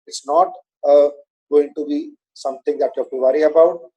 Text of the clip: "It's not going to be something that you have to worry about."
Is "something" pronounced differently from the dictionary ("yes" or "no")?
yes